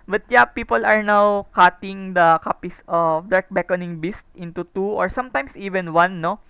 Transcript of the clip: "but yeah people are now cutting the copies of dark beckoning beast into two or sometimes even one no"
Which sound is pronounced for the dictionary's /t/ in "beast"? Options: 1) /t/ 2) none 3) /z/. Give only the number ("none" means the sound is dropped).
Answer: 1